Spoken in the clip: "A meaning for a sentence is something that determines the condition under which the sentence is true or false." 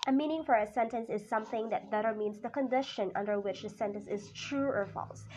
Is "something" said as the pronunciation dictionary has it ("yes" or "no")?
yes